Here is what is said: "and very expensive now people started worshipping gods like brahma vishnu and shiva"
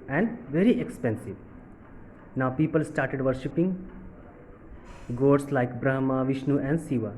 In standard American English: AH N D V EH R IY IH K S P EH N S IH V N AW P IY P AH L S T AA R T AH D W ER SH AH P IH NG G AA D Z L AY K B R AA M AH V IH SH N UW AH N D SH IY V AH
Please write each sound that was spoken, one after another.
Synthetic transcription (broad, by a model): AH N D V EH R IY IH K S P EH N S IH V N AW P IY P AH L S T AA R T AH D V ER SH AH P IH NG G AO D S L AY K B R AA M AH V IH SH N UW AH N D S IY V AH